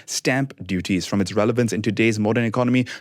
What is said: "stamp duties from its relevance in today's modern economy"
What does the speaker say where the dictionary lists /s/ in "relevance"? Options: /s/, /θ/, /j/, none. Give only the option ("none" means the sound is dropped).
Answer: /s/